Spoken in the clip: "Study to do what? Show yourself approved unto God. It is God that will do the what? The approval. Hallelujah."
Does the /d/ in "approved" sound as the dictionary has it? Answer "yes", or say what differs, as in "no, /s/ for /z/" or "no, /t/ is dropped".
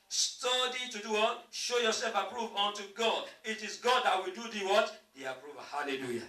no, /d/ is dropped